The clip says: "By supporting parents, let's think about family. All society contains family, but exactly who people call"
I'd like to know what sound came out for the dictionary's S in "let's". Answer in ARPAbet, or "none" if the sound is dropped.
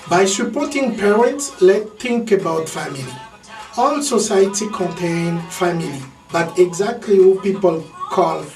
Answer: none